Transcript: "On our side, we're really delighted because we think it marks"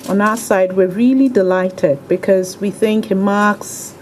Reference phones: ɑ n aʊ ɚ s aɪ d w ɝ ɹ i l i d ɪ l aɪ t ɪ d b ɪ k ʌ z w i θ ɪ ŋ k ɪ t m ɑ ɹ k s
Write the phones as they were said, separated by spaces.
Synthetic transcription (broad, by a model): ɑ n aʊ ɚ s aɪ d w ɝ ɹ i l i d ɪ l aɪ t ɪ d b ɪ k ʌ z w i θ ɪ ŋ k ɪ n m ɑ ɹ k s